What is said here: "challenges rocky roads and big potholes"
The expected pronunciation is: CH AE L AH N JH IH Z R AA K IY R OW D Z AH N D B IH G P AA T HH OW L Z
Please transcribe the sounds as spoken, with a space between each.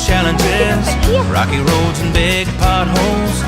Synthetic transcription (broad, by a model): CH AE L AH N JH IH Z R AA K IY R OW D Z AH N B IH G P AA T HH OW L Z